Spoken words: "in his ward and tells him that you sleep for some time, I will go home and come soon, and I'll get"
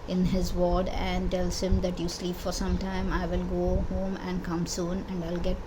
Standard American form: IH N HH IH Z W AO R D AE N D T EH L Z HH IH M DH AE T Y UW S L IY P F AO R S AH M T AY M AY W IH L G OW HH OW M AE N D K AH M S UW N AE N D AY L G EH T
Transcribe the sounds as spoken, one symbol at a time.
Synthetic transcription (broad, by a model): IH N HH IH Z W AO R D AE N D T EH L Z HH IH M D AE T Y UW S L IY P F AO R S AH M T AY M AY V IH L G OW HH OW M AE N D K AH M S UW N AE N D AY L G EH T